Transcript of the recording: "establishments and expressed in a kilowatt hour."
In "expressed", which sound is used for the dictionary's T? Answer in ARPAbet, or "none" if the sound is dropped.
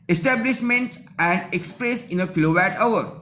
none